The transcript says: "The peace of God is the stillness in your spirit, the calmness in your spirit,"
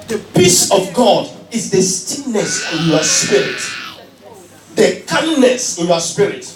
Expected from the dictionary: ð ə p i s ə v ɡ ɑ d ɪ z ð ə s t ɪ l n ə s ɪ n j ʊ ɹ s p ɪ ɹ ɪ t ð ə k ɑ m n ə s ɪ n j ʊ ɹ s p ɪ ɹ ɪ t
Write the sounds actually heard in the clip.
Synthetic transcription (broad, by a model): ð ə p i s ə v ɡ ɑ d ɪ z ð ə s t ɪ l n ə s ɪ n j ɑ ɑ s p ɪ ɹ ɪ t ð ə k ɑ n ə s ɪ n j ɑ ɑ s p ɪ ɹ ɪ t